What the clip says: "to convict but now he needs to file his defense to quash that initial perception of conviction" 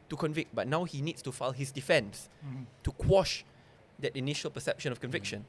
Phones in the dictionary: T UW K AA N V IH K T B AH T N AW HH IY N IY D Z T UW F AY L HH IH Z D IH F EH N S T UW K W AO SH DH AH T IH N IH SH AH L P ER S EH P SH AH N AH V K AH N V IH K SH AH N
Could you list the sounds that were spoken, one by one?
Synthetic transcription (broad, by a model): T UW K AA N V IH K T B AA T N AW HH IY N IY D S T UW F AY L HH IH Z D IH F EH N S T UW K W AO SH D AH T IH N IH SH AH L P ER S EH P SH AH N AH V K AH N V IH K SH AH N